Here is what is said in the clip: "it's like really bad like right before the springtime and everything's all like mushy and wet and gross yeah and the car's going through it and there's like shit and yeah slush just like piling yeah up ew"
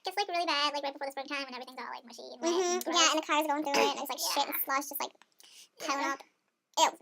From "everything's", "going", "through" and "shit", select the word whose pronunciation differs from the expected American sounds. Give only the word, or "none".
none